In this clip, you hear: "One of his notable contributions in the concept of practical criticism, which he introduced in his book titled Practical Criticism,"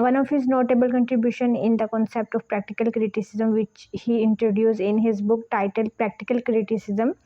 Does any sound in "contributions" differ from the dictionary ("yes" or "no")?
yes